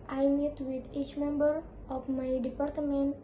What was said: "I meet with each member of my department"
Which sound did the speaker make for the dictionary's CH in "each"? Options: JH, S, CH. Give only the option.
CH